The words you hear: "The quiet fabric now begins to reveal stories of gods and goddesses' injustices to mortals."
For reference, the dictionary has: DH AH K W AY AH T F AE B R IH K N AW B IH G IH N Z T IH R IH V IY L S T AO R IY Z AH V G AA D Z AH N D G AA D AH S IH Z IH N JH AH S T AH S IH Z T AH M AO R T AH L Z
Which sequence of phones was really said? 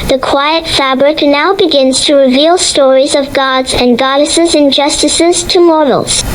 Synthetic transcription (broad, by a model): DH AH K W AY AH T F AE B R IH K N AW B IH G IH N Z T IH R IH V IY L S T AO R IY Z AH V G AA D Z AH N G AA D AH S IH Z IH N JH AH S T AH S IH Z T AH M AO R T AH L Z